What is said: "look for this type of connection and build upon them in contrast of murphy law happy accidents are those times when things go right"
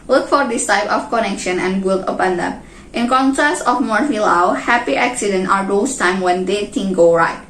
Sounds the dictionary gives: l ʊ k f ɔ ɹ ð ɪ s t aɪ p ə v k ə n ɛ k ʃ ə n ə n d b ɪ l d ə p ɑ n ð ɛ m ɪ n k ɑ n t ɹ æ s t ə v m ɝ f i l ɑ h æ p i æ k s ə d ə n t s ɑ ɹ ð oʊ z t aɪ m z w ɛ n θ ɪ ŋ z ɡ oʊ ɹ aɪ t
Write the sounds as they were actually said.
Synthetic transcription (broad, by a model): l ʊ k f ɔ ɹ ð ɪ s t aɪ p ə f k ə n ɛ k ʃ ə n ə n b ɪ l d ə p ɑ n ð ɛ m ɪ n k ɑ n t ɹ æ s t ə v m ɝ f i l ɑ h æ p i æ k s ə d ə n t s ɑ ɹ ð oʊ s t aɪ m w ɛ n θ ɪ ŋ ɡ oʊ ɹ aɪ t